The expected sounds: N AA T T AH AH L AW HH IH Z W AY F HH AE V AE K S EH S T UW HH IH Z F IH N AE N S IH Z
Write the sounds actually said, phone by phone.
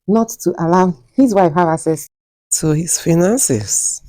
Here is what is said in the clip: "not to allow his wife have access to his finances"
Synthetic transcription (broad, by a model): N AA T T AH L AW HH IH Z W AY F HH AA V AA S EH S T UW HH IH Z F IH N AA N S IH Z